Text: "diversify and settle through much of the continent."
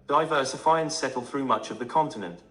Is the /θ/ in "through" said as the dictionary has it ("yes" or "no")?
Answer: yes